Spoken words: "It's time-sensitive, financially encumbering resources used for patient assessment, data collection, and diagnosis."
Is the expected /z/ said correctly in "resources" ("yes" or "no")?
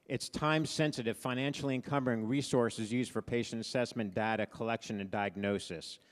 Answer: yes